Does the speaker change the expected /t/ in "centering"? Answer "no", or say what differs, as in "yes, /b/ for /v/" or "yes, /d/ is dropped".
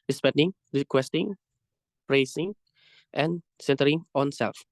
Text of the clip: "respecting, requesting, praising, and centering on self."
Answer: no